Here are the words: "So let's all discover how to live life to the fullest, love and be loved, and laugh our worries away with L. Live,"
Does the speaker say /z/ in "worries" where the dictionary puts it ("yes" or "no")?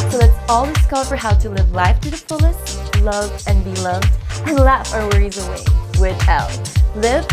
yes